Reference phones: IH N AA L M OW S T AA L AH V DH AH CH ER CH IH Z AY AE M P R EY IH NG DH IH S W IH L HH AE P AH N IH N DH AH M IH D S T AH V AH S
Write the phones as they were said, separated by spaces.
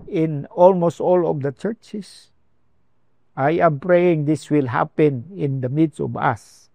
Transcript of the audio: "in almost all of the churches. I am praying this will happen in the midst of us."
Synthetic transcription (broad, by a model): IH N AA L M OW S T AA L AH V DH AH CH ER CH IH S AY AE M P R EY IH NG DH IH S W IH L HH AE P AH N IH N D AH M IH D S AH V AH S